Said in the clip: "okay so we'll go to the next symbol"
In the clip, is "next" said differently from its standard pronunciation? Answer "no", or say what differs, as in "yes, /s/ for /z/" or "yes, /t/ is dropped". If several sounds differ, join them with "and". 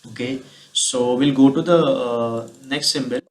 no